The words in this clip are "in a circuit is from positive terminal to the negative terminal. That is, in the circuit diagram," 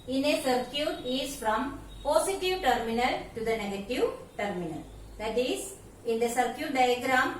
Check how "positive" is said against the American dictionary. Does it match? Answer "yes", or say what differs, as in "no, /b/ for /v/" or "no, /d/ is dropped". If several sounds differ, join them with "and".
no, /s/ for /z/